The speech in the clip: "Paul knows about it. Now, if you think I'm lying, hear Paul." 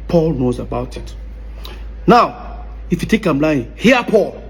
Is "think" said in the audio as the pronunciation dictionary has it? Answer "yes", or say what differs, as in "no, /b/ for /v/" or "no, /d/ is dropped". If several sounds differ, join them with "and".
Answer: no, /t/ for /θ/ and /ŋ/ is dropped